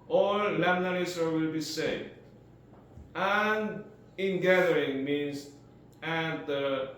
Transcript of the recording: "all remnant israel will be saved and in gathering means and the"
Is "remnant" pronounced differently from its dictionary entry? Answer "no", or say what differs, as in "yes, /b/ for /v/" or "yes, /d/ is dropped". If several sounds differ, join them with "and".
yes, /l/ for /ɹ/